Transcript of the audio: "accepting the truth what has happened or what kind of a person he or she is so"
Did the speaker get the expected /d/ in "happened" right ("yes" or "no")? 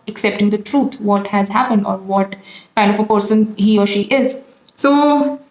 yes